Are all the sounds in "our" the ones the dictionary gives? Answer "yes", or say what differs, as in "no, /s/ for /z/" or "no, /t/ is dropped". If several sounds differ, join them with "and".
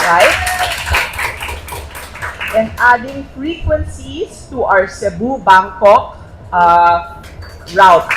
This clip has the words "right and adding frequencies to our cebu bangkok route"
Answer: no, /w/ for /ɹ/